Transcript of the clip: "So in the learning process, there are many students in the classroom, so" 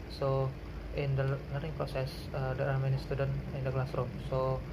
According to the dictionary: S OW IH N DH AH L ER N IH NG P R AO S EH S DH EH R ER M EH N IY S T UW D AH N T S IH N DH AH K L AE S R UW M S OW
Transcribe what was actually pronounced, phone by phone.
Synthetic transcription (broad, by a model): S OW IH N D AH N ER IH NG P R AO S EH S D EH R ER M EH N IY S T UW D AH N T IH N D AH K L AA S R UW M S OW